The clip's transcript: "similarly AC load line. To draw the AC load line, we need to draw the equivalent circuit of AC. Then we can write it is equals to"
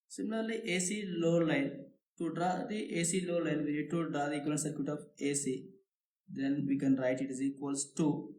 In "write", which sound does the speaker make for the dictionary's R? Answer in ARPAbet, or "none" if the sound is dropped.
R